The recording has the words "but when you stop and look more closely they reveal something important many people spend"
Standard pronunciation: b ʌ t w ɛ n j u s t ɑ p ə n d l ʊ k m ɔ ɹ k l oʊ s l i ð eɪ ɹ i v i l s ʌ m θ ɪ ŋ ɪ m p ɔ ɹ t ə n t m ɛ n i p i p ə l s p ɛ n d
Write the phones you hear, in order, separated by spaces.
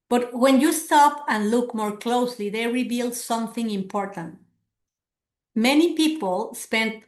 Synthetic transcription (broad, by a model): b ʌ t w ɛ n j u s t ɑ p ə n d l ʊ k m ɔ ɹ k l oʊ s l i ð eɪ ɹ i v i l s ʌ m θ ɪ ŋ ɪ m p ɔ ɹ t ə n t m ɛ n i p i p ə l s p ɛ n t